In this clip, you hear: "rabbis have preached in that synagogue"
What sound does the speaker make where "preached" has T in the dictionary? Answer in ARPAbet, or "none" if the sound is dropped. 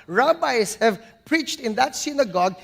T